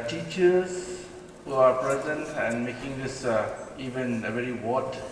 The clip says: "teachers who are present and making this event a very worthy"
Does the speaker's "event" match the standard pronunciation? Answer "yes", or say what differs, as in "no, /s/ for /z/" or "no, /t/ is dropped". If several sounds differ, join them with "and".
no, /t/ is dropped